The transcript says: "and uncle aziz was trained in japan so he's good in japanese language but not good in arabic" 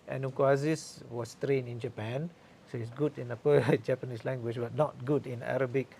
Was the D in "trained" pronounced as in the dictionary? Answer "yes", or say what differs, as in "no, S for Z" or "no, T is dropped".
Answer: no, D is dropped